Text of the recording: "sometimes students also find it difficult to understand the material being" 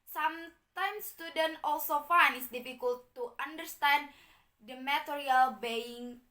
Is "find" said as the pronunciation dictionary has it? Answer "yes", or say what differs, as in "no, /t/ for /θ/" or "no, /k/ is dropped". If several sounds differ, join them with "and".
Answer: no, /d/ is dropped